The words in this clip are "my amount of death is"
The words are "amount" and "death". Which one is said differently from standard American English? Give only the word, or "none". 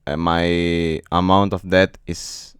death